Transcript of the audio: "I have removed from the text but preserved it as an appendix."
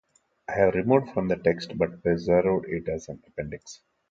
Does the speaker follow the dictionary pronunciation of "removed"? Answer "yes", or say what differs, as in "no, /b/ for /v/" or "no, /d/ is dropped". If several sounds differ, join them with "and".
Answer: no, /v/ is dropped